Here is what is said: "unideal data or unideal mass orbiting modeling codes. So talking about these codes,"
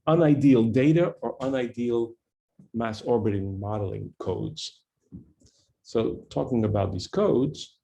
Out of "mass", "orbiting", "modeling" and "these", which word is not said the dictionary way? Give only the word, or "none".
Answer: none